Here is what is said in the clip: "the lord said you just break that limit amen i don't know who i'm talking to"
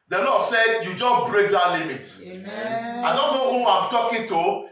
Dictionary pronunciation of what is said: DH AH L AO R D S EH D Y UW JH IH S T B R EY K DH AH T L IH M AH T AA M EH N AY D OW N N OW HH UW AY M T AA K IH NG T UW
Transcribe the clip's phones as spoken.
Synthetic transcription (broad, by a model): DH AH L AO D S EH D Y UW JH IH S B R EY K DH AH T L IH M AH T AA IH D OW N N OW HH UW AY M T AA K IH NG T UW